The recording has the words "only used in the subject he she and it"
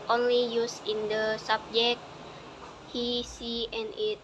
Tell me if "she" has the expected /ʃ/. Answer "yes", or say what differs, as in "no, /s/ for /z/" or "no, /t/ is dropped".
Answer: no, /s/ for /ʃ/